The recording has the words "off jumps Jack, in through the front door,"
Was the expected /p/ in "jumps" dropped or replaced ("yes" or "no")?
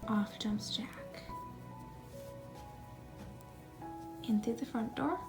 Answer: yes